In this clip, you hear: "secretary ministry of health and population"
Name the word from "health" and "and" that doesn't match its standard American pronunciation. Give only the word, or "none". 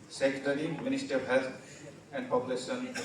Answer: health